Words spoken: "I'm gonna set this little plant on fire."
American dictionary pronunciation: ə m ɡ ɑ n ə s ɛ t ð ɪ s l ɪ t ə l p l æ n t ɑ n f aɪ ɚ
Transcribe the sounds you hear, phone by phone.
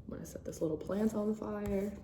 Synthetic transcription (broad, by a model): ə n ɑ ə s ɛ t ð ɪ s l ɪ t l p l æ n t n f aɪ ɚ